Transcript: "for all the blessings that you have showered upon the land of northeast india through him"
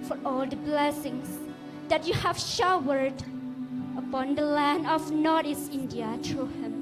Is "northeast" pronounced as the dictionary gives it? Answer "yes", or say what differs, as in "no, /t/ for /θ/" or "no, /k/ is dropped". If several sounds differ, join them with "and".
no, /t/ is dropped